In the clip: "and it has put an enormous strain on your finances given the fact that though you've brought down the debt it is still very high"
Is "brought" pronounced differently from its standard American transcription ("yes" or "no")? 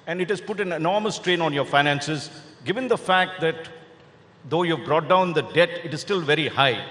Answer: no